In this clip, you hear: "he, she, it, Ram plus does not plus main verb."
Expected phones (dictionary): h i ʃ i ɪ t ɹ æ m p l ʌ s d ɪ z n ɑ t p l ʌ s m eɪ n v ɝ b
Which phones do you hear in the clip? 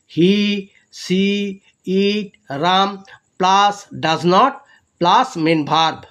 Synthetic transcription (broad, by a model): h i s i ɪ t ɹ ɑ m p l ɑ s d ɪ z n ɑ t p l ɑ s m eɪ n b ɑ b